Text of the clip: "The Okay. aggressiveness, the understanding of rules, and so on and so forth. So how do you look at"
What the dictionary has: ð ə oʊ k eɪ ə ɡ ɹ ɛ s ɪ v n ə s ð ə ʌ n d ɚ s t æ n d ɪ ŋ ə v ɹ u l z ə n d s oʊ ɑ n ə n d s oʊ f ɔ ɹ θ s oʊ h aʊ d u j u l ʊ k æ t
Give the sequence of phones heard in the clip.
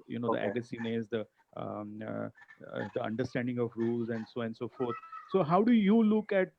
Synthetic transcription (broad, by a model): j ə oʊ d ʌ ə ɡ ʌ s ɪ n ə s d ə ʌ n d ɚ s t æ n d ɪ ŋ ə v ɹ u l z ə n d s oʊ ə n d s oʊ f ɔ ɹ t s oʊ h aʊ d u j u l ʊ k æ t